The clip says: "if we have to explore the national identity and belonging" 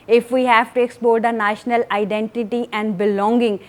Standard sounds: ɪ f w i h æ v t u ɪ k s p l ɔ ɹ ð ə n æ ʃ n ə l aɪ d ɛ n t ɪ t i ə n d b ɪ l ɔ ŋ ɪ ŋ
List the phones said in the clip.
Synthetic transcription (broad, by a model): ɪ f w i h æ v t u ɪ k s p ɔ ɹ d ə n æ ʃ n ə l aɪ d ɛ n t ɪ t i ə n d b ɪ l ɔ ŋ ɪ ŋ